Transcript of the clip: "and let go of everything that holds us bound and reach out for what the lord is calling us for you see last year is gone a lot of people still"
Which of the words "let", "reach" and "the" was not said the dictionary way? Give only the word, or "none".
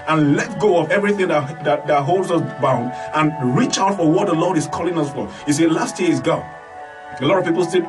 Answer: none